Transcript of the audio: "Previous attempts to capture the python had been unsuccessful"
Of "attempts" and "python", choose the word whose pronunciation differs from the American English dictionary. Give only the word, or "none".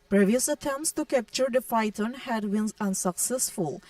python